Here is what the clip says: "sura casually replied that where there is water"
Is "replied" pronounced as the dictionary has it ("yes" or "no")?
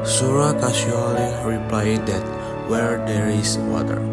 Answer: yes